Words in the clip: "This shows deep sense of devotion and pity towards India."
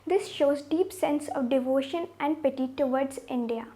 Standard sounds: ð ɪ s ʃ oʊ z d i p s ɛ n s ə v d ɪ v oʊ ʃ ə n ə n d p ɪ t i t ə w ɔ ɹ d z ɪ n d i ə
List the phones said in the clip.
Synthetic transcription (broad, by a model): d ɪ s ʃ oʊ z d i p s ɛ n s ə v d ɪ v oʊ ʃ ə n ə n d p ɪ t i t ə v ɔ ɹ d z ɪ n d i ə